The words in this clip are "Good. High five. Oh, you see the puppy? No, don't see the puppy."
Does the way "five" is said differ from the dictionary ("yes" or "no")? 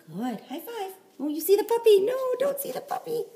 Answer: yes